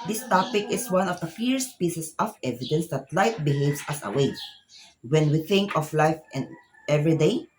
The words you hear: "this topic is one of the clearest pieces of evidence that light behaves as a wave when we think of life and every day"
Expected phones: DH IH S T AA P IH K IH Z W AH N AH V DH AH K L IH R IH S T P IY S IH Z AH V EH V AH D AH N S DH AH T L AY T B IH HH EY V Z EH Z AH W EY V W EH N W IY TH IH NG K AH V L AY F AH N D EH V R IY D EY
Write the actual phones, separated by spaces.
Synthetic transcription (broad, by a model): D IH S T AA P IH K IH S W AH N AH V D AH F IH R S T P IY S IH S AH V EH V AH D AH N S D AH T L AY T B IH HH EY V S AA S AH W EY W EH N W IY TH IH NG K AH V L AY F AH N D EH V R IY D EY